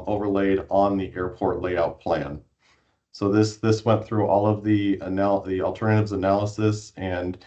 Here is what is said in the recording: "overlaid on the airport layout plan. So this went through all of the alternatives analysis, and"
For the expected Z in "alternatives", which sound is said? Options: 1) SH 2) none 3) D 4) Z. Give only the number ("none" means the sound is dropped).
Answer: 4